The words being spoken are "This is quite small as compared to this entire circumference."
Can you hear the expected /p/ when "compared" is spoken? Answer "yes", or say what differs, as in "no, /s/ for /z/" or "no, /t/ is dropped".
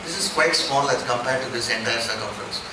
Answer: yes